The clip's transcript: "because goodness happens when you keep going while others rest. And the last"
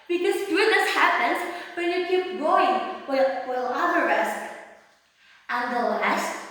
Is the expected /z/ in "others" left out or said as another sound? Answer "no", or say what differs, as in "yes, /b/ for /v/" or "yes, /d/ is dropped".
yes, /z/ is dropped